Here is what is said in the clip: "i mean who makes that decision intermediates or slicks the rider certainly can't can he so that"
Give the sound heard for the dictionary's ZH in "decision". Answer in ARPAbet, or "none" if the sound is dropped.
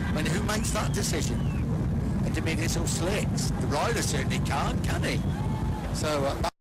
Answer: ZH